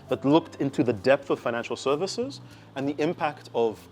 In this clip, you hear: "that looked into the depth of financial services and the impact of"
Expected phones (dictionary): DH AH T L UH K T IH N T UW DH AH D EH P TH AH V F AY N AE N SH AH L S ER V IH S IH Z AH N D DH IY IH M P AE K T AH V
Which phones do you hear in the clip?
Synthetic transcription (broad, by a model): DH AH T L UH K T IH N T UW DH AH D EH P TH AH V F AY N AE N SH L S ER V IH S IH Z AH N DH IY IH M P AE K T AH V